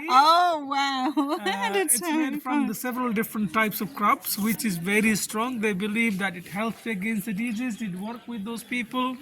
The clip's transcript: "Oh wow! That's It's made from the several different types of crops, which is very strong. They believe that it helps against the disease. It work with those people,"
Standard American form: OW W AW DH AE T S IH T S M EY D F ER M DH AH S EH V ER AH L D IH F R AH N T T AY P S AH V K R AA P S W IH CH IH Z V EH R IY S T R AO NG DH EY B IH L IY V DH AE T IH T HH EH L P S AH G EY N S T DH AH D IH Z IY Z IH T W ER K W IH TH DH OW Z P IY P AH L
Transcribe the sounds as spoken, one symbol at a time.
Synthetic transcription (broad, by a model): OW W AW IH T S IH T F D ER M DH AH S EH V ER AH L D IH F R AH N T T AY P S AH V K R AA P S W IH CH IH Z V EH R IY S T R AO NG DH EY B IH L IY V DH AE T IH T HH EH L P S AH G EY N S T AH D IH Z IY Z IH T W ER K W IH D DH OW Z P IY P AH L